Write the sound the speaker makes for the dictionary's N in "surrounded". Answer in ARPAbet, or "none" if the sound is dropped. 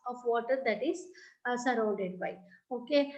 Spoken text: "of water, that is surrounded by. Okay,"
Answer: none